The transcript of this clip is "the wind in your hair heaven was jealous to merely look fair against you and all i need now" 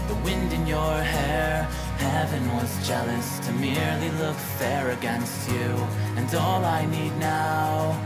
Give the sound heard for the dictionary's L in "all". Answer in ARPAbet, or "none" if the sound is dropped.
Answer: L